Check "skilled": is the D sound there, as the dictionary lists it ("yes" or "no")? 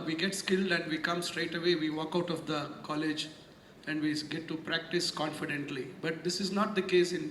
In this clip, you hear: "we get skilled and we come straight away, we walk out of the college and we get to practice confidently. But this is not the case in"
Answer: yes